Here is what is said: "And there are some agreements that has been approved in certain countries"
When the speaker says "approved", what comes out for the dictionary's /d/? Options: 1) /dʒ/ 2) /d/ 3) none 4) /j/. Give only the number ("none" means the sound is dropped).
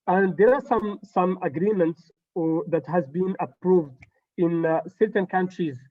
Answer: 2